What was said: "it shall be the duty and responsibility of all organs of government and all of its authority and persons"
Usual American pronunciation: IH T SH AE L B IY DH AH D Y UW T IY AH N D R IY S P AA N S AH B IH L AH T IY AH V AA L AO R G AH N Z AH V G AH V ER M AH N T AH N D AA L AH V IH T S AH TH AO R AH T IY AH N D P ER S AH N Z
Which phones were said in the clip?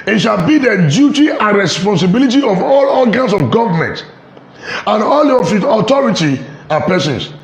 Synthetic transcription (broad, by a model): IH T SH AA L B IY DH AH D Y UW T IY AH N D R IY S P AA N S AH B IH L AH T IY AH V AA L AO L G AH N S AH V G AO V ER M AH N T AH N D AA L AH F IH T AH T AO R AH T IY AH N P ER S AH N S